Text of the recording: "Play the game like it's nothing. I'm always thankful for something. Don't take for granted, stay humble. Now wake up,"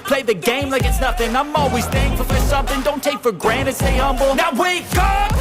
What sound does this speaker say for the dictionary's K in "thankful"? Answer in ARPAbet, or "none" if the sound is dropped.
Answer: none